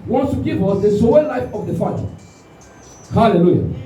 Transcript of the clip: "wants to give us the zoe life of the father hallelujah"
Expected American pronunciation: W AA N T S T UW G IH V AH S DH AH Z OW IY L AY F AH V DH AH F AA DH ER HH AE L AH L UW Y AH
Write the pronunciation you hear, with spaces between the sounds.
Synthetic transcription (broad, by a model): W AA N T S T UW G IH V AH S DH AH S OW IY L AY F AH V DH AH F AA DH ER HH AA L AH L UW Y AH